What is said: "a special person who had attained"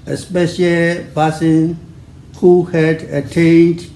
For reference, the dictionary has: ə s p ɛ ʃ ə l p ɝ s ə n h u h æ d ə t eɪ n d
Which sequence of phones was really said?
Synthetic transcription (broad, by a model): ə s p ɛ ʃ ə l b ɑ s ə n h u h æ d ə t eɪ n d